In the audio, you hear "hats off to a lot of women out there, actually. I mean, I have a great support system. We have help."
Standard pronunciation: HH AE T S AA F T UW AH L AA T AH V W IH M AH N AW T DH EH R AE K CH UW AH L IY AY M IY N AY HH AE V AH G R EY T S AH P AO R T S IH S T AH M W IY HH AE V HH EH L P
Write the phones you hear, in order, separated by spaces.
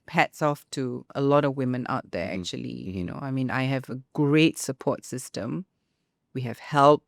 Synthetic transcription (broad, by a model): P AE T S AA F T UW AH L AA T AH V W IH M AH N AW T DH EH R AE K CH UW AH L IY AY M IY N AY HH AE V AH G R EY T S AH P AO T S IH S T AH M W IY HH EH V HH EH L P